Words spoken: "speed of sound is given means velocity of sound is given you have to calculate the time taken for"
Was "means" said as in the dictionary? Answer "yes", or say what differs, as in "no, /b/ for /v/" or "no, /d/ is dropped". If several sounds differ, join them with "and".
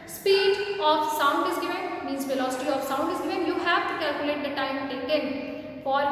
no, /n/ is dropped